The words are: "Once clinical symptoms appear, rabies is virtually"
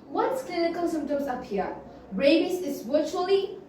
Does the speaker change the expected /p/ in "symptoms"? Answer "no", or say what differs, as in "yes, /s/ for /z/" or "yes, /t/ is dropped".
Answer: yes, /p/ is dropped